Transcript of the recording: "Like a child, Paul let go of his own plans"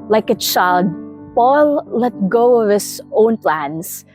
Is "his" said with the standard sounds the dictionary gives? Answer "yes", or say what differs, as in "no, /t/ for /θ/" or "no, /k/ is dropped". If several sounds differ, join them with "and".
no, /s/ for /z/